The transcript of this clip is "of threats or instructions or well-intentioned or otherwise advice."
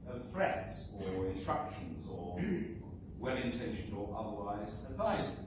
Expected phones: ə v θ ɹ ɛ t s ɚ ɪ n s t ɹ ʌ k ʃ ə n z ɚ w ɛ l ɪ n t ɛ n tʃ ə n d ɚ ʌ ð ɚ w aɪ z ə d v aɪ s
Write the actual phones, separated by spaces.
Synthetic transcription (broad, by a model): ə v f ɹ ɛ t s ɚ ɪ n s t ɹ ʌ k ʃ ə n z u w ɛ l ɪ n t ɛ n ʃ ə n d ɚ ʌ ð ɚ w aɪ z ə d v aɪ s